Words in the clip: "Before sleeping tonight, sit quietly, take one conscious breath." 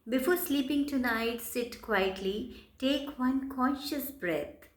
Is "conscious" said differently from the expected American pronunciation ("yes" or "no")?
no